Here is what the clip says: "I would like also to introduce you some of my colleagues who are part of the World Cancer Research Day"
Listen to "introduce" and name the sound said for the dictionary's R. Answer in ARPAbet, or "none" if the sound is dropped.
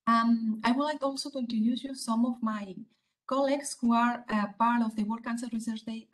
none